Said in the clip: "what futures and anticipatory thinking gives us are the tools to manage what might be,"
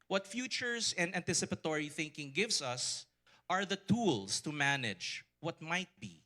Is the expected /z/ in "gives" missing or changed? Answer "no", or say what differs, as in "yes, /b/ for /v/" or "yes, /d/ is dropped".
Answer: yes, /s/ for /z/